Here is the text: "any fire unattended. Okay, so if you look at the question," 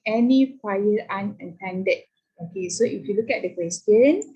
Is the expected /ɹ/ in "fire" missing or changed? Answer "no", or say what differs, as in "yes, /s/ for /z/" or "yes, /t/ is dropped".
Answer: yes, /l/ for /ɹ/